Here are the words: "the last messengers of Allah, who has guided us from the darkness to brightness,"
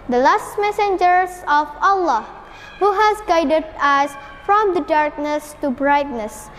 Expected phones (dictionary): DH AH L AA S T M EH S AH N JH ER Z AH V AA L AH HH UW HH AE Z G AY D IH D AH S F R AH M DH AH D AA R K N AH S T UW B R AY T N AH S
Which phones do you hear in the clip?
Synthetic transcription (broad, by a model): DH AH L AA S T M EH S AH N JH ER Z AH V AA L AH HH UW HH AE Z G AY D IH D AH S F R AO M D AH D AA R K N AH S T UW B R AY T N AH S